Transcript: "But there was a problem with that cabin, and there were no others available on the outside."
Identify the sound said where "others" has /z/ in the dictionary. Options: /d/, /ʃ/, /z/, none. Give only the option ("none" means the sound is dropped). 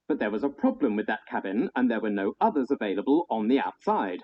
/z/